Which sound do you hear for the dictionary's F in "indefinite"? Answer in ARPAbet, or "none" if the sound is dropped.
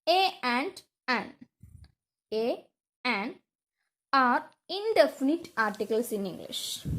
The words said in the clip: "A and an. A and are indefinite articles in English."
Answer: F